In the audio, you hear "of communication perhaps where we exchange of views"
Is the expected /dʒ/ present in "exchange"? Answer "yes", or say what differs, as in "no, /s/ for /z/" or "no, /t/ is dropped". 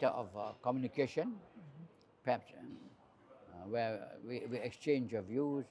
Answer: yes